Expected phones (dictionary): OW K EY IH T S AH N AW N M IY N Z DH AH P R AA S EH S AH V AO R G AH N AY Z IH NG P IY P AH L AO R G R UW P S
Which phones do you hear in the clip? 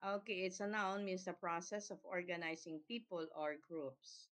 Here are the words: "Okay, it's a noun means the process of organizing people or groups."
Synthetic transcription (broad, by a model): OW K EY IH T S AH N AW N M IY N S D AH P R AA S EH S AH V AO R G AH N AY S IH NG P IY P AH L AO R G R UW P S